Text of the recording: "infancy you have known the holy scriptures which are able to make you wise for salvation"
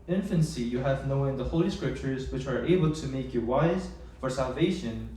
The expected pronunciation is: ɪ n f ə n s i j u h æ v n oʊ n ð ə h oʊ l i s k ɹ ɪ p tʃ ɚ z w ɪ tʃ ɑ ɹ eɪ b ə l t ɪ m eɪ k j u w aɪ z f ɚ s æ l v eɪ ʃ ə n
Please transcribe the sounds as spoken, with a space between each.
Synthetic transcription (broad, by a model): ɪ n f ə n s i j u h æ v n oʊ n ð ə h oʊ l i s k ɹ ɪ p tʃ ɚ z w ɪ tʃ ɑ ɹ eɪ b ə l t ɪ m eɪ k j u w aɪ z f ɚ s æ l v eɪ ʃ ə n